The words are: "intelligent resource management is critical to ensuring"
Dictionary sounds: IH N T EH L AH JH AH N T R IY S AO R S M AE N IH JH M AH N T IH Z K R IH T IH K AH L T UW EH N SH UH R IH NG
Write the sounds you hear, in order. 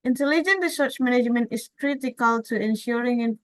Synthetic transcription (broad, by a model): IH N T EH L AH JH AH N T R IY S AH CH M AE N IH JH M AH N T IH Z K R IH T IH K AH L T UW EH N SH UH R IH NG